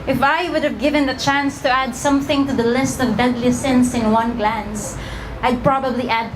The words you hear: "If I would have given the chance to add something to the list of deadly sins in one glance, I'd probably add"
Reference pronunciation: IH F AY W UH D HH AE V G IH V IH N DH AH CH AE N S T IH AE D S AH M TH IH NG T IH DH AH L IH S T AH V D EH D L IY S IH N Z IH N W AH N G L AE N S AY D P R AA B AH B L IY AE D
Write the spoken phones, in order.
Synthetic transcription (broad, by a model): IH F AY W UH D HH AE V G IH V IH N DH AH CH AE N S T IH AE D S AH M TH IH NG T IH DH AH L IH S T AH V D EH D L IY S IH N S IH N W AH N G L AE N S AY D P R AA B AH B L IY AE D